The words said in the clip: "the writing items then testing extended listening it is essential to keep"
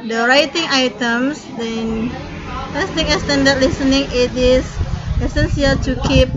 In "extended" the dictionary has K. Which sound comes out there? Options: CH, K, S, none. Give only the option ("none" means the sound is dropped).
none